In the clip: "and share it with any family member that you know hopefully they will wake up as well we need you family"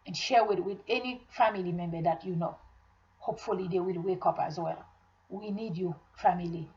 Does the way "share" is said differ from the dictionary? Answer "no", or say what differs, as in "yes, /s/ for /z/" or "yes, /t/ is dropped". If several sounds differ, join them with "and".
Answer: yes, /w/ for /ɹ/